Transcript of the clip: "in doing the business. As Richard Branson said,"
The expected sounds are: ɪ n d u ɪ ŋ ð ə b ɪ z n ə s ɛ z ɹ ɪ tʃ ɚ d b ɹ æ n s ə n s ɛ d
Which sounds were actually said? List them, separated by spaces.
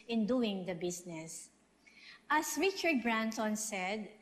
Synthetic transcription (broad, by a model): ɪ n d u ɪ ŋ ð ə b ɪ s n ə s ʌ s ɹ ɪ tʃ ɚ d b ɹ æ n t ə n s ɛ d